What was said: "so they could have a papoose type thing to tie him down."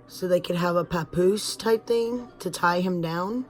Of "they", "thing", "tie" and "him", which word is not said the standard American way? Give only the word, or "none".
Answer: none